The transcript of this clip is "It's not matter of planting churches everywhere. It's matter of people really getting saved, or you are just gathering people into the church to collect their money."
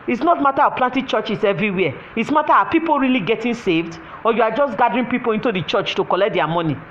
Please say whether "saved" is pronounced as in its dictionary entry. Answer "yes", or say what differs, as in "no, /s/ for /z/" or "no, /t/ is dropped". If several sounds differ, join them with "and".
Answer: yes